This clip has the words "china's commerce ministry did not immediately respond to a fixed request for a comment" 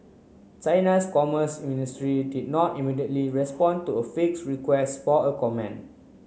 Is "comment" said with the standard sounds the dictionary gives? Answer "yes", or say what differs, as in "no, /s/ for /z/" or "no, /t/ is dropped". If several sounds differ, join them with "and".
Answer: no, /t/ is dropped